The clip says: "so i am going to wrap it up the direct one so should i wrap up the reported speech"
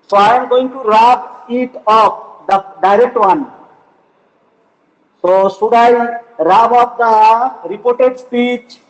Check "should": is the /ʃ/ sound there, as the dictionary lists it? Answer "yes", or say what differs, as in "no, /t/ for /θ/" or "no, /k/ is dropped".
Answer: no, /s/ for /ʃ/